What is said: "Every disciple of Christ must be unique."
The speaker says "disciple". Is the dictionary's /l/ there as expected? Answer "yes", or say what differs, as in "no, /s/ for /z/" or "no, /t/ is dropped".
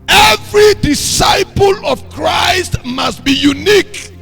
yes